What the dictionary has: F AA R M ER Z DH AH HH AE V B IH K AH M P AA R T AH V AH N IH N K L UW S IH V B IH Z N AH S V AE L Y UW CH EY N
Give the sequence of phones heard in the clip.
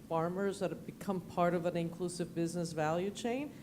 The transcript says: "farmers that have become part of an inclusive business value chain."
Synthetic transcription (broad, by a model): F AA R M ER Z DH AH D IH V B IH K AH M P AA R T AH V AH N IH N K L UW S IH V B IH Z N AH S V AE L Y UW CH EY N